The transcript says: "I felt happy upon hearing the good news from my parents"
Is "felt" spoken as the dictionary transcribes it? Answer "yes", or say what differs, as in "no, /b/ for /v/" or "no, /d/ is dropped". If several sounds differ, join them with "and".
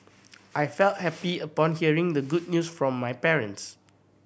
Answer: yes